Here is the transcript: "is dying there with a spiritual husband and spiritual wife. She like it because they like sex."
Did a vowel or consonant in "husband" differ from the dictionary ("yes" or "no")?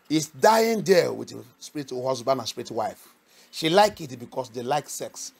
yes